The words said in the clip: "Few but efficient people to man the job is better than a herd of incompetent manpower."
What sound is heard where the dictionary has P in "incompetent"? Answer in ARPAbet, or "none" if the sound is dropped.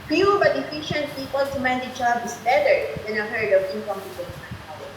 none